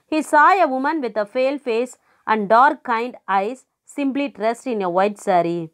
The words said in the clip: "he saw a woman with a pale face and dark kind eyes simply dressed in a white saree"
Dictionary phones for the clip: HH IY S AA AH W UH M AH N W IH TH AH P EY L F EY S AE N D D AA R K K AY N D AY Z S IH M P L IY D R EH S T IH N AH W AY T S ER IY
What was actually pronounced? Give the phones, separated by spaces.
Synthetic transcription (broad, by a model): HH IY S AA AH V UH M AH N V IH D AH F EY L F EY S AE N D D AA R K K AY N D AY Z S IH M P L IY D R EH S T IH N AH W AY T S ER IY